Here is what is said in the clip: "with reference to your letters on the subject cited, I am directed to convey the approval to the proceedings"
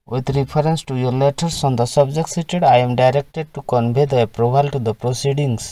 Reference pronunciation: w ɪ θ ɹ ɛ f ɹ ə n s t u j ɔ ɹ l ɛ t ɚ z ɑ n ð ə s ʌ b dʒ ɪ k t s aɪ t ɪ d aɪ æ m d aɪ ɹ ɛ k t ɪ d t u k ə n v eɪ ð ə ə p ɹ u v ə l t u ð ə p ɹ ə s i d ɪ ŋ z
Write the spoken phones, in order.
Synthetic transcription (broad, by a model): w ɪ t ɹ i p ɹ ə n s t u j ɔ ɹ l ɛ t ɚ s ɑ n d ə s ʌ b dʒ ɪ k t s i t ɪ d aɪ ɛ m d aɪ ɹ ɛ k t ɪ d t u k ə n b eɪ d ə p ɹ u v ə l t u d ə p ɹ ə s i d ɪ ŋ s